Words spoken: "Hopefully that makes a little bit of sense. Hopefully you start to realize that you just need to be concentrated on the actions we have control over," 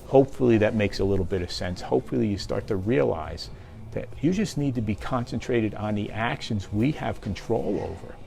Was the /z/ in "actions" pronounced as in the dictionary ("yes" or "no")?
yes